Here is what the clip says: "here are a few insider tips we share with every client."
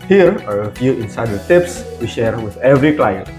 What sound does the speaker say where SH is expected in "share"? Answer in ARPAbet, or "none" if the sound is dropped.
SH